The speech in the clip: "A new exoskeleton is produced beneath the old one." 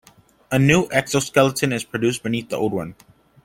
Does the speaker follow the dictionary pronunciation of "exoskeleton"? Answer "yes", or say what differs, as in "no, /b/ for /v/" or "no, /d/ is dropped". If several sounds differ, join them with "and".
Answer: yes